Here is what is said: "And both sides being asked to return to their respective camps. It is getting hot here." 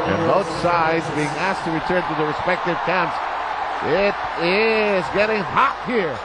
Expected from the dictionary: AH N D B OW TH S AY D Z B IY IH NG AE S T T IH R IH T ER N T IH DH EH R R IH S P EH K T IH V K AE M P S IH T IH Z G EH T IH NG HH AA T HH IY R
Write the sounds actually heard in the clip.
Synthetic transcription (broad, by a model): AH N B OW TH S AY D Z B IY IH NG AE S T T IH R IH T ER N T IH DH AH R R IH S P EH K T IH V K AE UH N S IH T IH Z G EH T IH NG HH AA T HH IY R